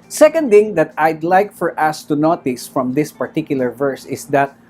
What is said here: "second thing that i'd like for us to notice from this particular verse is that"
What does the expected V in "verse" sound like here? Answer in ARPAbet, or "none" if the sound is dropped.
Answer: V